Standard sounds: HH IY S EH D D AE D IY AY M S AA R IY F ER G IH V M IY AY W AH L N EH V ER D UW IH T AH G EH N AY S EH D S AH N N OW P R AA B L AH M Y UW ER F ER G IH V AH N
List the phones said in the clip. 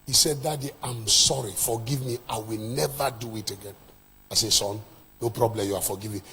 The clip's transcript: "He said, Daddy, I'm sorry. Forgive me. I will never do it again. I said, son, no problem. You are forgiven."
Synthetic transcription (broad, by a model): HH IY S EH D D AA D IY AY M S AA R IY F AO G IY V M IY AY W AH L N EH V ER D UW IH T AH G EH N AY S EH S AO N N OW P R AA B L AH M Y UW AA F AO G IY V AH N